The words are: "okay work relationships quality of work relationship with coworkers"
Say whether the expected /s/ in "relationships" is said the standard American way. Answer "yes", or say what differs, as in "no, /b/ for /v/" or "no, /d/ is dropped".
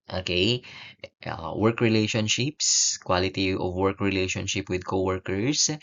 yes